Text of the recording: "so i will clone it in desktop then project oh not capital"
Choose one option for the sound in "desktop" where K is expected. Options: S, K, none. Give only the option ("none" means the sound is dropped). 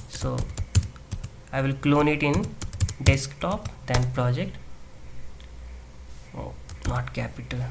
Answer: K